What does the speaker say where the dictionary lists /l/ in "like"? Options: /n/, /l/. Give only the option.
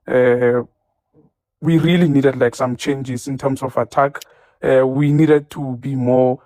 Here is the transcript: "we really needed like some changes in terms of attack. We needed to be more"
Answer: /l/